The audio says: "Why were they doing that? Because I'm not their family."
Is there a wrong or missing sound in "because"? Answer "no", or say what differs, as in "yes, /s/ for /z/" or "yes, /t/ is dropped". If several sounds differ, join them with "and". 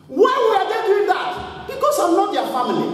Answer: yes, /s/ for /z/